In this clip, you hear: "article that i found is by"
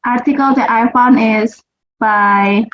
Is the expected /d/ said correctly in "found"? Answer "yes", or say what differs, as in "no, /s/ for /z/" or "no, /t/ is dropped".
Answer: no, /d/ is dropped